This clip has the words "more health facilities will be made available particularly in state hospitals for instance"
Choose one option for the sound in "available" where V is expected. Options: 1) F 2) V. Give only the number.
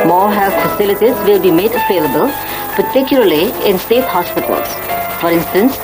1